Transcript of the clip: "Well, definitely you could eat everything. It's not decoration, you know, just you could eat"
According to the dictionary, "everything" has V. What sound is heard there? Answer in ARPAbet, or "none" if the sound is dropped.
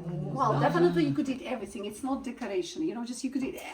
V